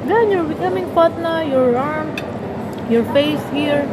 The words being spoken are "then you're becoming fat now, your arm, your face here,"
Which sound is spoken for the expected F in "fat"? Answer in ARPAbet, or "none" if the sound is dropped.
P